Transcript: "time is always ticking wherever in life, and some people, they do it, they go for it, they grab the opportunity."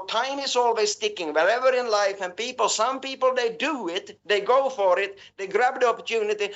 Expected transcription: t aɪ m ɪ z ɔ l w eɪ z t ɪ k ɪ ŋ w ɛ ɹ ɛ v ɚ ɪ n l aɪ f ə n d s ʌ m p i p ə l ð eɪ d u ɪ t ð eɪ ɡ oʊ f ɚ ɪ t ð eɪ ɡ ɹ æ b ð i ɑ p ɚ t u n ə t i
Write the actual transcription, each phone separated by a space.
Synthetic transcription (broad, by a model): t aɪ m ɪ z ɔ l w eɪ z t ɪ k ɪ ŋ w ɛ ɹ ɛ v ɚ ɪ n l aɪ f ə n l s ʌ m p i p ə l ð eɪ d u ɪ t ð eɪ ɡ oʊ f ɚ ɪ t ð eɪ ɡ ɹ æ b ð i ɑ p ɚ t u n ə t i